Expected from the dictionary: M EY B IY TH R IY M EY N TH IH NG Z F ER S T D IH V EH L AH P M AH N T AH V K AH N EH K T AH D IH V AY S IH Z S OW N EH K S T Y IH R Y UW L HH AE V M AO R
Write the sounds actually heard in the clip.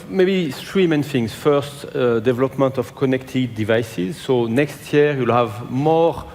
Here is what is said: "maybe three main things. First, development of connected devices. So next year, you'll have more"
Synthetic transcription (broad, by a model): M EY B IY T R IY M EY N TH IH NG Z F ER S T D IH V EH L AH P M AH N T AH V K AH N EH K T AH D IH V AY S IH Z S OW N EH K S T Y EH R Y UW L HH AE V M AO R